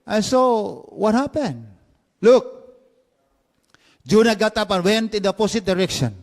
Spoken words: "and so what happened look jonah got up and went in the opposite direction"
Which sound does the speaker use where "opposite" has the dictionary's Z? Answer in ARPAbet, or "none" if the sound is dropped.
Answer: S